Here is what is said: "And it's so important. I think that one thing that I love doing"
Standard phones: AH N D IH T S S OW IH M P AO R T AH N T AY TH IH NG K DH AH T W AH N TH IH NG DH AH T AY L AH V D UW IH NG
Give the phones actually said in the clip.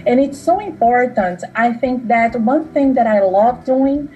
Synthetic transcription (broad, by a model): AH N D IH T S S OW IH M P AO R T AH N T AY TH IH NG K DH AH T W AH N TH IH NG DH AH T AY L AH V D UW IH NG